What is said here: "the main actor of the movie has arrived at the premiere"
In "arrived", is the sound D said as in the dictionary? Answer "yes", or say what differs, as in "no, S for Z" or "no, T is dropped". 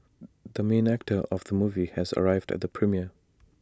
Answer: yes